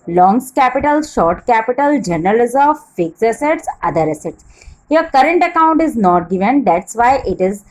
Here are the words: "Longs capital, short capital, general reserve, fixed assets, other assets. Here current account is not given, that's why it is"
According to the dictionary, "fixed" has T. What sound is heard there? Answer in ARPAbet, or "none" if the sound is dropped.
none